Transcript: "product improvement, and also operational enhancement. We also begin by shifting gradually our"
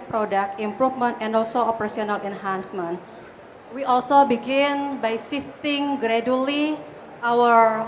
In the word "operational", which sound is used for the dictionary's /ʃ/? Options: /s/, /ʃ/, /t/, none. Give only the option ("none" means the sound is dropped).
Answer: /s/